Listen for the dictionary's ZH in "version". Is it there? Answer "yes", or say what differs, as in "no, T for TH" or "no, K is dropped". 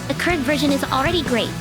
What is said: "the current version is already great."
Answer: yes